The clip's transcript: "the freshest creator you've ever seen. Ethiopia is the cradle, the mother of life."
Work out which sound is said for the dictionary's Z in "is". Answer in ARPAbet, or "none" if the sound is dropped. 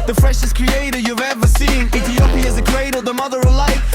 Z